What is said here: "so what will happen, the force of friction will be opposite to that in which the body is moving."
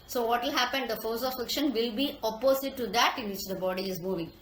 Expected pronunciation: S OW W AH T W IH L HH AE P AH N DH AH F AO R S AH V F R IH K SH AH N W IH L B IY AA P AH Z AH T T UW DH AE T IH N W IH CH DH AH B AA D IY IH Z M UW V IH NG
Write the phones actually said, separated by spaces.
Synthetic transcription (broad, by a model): S OW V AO T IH L HH AE P AH N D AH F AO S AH F L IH K SH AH N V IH L B IY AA P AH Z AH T T UW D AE T IH N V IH CH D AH B AA D IY IH Z M UW V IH NG